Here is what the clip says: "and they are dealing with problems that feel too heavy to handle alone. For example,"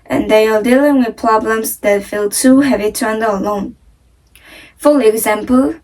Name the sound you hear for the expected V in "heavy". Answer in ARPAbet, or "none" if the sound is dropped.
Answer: V